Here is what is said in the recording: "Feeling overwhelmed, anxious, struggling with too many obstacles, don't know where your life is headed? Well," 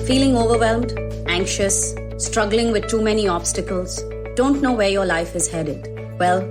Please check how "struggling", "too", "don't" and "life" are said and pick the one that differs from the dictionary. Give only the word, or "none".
none